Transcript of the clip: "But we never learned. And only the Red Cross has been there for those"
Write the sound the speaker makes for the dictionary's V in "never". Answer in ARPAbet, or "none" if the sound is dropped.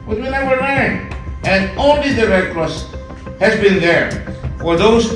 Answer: W